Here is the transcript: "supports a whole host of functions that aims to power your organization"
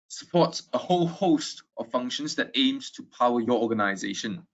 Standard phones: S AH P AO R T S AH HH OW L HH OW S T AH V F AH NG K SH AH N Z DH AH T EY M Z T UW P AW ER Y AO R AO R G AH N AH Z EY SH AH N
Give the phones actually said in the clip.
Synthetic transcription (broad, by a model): S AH P AO T S AH HH OW L HH OW S T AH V F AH NG K SH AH N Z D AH T EY M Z T UW P AW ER Y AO AO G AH N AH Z EY SH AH N